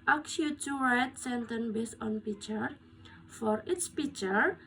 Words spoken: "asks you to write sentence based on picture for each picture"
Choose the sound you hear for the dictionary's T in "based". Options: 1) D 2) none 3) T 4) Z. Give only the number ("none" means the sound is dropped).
2